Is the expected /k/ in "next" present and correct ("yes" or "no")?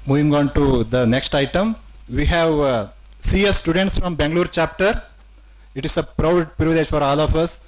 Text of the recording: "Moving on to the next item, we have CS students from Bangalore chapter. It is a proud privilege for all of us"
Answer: yes